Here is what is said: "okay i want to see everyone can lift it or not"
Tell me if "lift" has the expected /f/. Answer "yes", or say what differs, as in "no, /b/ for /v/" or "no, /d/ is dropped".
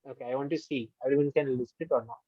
no, /p/ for /f/